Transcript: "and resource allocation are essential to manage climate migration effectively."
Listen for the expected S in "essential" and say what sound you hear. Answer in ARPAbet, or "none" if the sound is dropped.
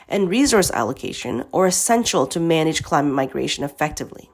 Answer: S